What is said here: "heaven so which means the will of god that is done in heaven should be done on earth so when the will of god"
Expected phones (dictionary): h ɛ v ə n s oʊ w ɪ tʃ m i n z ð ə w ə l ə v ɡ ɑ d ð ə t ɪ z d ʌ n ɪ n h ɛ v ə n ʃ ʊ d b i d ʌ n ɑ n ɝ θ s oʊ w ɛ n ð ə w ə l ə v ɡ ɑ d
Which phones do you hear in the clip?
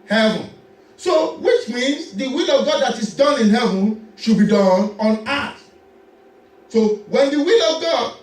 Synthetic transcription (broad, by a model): h ɛ v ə n s oʊ w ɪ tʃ m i n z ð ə w ə l ə v ɡ ɑ d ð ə t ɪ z d ʌ n ɪ n h ɛ v ə n ʃ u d b i d ʌ n ɑ n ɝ t s oʊ w ɛ n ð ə w ə l ə v ɡ ɑ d